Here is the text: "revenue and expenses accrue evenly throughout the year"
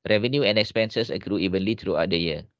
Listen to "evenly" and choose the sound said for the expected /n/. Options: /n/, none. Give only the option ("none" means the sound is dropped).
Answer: /n/